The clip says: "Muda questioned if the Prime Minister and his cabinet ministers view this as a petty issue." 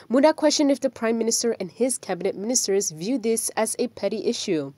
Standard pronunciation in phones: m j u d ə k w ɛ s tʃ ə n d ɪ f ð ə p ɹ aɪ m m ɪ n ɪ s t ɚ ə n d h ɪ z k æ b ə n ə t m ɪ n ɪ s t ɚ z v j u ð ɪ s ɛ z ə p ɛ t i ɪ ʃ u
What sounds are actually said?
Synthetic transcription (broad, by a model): m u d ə k w ɛ s tʃ ə n d ɪ f ð ə p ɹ aɪ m m ɪ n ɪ s t ɚ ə n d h ɪ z k æ b ə n ə t m ɪ n ɪ s t ɚ z v j u ð ɪ s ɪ z ə p ɛ t i ɪ ʃ u